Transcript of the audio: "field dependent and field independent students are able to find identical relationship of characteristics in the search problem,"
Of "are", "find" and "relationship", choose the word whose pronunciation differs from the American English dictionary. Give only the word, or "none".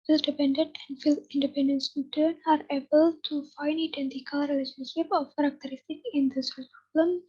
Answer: find